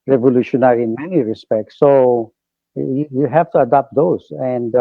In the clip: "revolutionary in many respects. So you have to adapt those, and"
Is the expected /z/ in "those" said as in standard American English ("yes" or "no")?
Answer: no